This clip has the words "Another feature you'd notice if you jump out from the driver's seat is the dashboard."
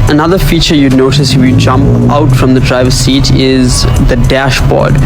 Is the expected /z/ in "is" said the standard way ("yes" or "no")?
yes